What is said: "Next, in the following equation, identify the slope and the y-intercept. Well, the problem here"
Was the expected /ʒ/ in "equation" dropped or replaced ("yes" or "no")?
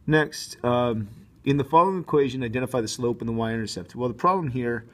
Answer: no